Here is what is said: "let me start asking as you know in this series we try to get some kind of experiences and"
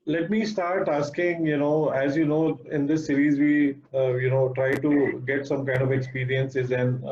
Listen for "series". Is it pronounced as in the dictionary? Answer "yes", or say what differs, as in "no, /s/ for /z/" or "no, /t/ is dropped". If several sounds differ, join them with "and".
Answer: yes